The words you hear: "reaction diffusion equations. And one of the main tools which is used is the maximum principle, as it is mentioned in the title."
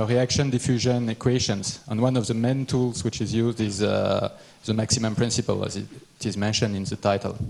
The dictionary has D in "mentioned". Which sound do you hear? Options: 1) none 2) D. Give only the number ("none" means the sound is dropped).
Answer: 2